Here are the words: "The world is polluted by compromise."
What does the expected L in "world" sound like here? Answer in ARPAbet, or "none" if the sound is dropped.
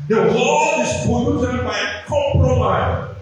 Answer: none